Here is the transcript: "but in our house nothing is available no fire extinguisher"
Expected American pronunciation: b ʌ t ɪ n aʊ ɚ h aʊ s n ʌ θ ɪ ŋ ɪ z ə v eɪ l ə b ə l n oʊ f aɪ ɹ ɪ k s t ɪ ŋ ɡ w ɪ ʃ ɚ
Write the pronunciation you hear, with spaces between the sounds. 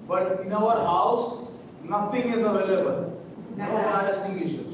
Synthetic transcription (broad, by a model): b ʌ t ɪ n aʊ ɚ h aʊ s n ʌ t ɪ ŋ ɪ z ə v eɪ l ə b ə l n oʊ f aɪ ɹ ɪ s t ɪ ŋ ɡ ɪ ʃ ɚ